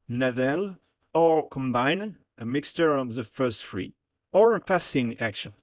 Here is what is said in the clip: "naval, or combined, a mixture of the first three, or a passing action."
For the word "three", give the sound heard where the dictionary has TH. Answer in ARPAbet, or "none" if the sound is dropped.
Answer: F